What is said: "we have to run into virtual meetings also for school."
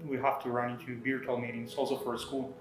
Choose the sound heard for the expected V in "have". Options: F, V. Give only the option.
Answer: F